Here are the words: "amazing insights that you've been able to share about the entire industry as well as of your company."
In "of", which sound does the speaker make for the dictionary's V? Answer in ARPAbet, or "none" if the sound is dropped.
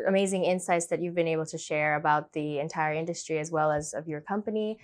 V